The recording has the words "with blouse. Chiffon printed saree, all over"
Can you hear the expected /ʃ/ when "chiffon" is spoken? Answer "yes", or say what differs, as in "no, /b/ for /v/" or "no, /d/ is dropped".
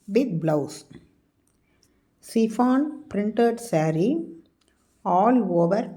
no, /s/ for /ʃ/